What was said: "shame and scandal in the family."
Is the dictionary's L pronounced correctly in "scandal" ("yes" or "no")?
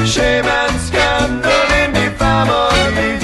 no